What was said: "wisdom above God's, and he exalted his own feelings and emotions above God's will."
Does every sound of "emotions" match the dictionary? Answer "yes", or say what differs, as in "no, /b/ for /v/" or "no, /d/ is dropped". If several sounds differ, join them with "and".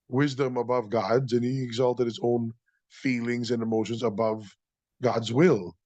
yes